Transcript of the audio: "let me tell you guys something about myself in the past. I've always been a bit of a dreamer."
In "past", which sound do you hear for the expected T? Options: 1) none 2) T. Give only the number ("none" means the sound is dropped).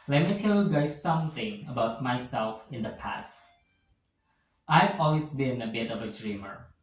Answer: 2